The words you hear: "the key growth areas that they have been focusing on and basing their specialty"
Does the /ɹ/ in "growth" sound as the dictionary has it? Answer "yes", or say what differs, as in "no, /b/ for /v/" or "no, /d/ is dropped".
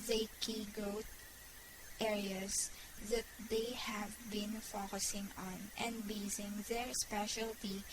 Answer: no, /ɹ/ is dropped